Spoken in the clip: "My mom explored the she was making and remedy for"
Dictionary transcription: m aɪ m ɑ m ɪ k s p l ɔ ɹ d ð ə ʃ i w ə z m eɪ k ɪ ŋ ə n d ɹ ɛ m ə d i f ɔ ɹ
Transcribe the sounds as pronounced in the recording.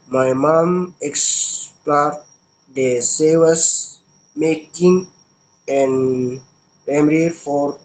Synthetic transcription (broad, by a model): m aɪ m ɑ m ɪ k s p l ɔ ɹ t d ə s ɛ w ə s m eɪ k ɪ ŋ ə n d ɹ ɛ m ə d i f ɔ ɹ